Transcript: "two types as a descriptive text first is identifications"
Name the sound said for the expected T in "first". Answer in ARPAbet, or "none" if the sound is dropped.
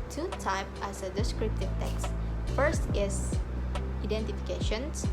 T